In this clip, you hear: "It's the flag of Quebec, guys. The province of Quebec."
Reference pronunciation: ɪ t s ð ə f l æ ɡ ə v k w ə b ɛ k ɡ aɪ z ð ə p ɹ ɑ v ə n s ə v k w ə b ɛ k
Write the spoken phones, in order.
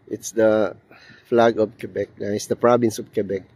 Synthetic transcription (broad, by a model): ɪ t s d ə f l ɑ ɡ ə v k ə b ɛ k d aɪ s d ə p ɹ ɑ b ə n s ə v k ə b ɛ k